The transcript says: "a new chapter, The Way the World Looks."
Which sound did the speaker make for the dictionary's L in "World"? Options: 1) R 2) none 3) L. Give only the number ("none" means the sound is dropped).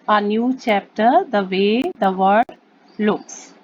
2